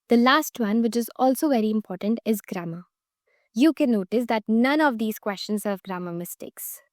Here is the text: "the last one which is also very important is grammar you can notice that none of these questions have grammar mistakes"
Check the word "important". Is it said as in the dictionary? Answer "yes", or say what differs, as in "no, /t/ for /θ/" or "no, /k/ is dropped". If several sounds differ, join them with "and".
yes